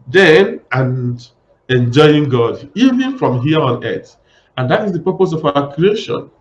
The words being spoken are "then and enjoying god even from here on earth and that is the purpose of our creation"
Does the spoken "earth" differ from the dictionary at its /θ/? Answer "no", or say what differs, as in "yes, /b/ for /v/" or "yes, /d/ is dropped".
yes, /t/ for /θ/